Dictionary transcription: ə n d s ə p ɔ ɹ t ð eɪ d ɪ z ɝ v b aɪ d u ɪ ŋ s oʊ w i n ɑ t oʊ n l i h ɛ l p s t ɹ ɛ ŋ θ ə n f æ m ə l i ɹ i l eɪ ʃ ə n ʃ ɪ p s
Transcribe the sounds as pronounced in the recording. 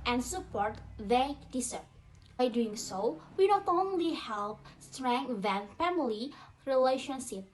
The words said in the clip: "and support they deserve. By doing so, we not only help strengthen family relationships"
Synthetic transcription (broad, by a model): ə n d s ə p ɔ ɹ t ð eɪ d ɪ s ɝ p b aɪ d u ɪ ŋ s oʊ w i n ɑ t oʊ n l i h ɛ l p s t ɹ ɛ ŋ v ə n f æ m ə l i ɹ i l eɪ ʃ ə n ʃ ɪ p